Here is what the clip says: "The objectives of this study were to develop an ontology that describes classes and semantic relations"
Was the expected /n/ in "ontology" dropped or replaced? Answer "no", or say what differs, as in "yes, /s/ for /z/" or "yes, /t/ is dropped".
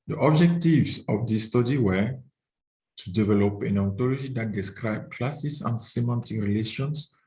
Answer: yes, /n/ is dropped